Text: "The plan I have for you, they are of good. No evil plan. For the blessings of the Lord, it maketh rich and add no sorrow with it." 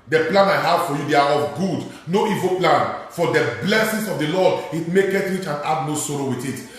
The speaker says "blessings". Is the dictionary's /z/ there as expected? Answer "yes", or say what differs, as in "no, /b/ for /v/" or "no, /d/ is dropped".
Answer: no, /s/ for /z/